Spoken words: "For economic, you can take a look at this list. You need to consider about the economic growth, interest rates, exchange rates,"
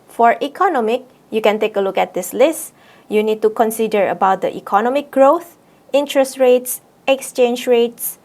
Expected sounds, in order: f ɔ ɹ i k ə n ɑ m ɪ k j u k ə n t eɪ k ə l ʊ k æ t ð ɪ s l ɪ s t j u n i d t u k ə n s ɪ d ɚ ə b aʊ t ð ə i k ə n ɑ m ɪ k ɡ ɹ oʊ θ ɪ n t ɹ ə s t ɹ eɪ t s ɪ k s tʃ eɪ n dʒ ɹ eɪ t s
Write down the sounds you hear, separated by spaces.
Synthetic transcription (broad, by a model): f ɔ ɹ i k ə n ɑ m ɪ k j u k ə n t eɪ k ə l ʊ k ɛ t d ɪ s l ɪ s t j u n i d t u k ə n s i d ɚ ə b aʊ t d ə i k ə n ɑ m ɪ k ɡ ɹ oʊ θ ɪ n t ɹ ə s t ɹ eɪ t s ɪ k s tʃ eɪ n dʒ ɹ eɪ t s